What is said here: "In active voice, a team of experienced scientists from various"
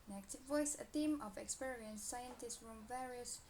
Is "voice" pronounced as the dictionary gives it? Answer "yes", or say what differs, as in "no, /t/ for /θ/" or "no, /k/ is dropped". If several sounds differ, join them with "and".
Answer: yes